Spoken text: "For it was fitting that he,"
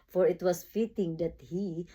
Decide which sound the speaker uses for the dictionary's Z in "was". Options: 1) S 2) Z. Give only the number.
1